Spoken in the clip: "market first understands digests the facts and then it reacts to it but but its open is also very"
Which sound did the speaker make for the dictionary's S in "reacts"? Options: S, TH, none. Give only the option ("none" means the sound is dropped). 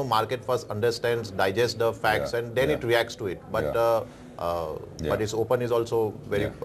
S